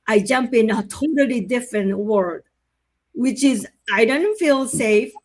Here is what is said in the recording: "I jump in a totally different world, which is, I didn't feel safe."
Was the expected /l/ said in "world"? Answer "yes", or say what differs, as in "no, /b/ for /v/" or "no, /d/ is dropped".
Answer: no, /l/ is dropped